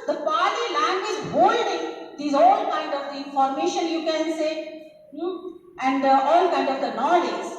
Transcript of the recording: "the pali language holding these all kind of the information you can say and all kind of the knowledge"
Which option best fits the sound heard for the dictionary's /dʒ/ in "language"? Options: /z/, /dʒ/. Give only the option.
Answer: /z/